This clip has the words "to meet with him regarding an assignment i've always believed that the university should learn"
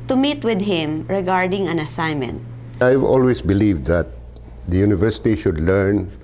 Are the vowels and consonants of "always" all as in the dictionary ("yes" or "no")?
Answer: no